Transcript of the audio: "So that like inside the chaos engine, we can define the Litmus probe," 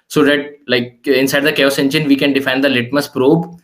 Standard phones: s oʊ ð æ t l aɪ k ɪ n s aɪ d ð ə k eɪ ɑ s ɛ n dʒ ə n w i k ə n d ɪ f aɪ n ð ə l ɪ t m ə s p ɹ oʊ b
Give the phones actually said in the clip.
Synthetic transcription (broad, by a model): s oʊ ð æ t l aɪ k ɪ n s aɪ d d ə k eɪ ɑ s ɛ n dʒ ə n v i k ə n d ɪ f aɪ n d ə l ɪ t m ə s p ɹ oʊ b